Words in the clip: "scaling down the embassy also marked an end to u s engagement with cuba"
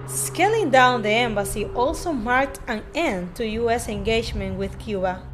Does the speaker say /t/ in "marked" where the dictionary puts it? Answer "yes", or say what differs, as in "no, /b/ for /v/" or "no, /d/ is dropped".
yes